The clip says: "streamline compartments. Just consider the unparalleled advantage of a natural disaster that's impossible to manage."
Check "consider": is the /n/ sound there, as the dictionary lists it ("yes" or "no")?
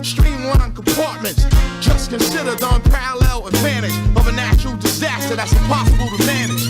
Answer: yes